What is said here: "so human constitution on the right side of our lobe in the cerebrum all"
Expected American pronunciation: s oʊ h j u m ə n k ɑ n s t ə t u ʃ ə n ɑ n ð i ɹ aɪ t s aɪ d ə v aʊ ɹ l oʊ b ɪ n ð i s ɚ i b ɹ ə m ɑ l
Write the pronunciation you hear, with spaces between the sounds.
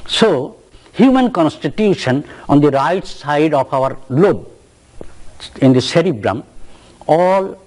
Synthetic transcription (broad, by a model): s oʊ h j u m ə n k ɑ n s t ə t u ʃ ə n ɑ n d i ɹ aɪ t s aɪ d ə p aʊ ɹ l oʊ b ɪ n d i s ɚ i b ɹ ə m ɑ l